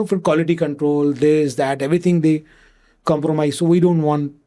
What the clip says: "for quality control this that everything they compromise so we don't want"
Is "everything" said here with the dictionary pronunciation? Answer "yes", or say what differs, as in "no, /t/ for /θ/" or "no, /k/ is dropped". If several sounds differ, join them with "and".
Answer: no, /t/ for /θ/